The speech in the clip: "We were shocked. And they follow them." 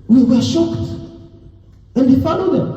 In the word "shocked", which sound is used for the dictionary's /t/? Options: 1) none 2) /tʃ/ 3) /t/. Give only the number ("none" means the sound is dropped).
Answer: 3